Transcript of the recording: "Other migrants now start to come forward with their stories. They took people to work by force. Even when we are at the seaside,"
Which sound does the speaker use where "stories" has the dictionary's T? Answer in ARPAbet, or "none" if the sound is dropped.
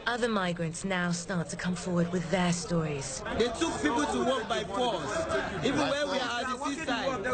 T